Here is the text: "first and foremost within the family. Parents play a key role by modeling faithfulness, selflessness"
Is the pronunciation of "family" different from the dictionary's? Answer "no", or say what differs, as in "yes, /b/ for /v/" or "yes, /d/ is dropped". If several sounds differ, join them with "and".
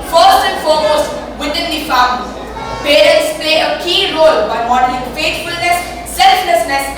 yes, /m/ is dropped